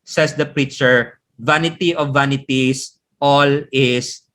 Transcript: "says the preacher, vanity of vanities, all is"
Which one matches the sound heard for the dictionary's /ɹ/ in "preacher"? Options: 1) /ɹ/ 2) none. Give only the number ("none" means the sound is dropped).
1